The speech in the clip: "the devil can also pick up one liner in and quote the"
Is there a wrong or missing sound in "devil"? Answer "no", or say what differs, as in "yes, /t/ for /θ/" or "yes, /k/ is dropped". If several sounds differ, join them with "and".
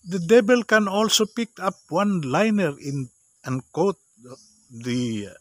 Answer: yes, /b/ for /v/